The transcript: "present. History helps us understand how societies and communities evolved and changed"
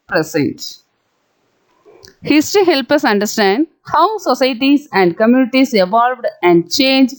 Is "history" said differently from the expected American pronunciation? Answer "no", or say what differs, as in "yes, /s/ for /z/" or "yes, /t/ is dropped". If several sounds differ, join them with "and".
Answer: yes, /ɹ/ is dropped